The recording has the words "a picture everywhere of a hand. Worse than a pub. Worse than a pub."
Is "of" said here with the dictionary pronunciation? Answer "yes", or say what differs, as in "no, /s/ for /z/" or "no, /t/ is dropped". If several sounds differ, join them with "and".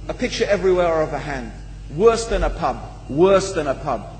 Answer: yes